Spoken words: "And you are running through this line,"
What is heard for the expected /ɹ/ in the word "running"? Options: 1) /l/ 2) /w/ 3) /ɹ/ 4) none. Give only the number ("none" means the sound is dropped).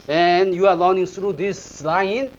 1